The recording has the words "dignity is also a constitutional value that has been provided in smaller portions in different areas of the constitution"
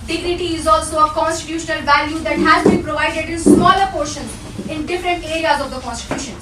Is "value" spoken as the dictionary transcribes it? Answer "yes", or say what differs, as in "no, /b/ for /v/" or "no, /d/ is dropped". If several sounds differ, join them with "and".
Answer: yes